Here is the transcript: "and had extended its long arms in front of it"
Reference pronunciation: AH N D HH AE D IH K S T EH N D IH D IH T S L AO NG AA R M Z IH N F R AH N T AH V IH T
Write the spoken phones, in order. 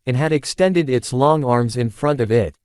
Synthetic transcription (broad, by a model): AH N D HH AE D IH K S T EH N D IH D IH T S L AO NG AA R M Z IH N F R AH N T AH V IH T